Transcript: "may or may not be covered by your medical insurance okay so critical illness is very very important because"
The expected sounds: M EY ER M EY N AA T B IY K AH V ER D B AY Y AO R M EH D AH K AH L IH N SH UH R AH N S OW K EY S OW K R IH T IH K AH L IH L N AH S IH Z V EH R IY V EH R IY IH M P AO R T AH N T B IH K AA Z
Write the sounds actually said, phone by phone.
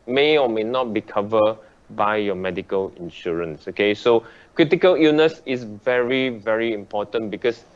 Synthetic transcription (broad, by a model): M EY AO M EY N AA T B IY K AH V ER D B AY Y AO M EH D AH K AH L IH N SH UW R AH N S OW K EY S OW K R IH T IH K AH L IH N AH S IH S V EH R IY V EH R IY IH M P AO T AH N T B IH K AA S